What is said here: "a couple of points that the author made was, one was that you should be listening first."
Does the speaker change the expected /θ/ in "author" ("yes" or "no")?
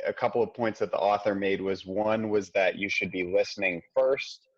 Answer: no